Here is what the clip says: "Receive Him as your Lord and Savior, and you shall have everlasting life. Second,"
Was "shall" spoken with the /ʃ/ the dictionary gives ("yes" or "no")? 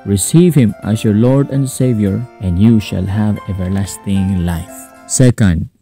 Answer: yes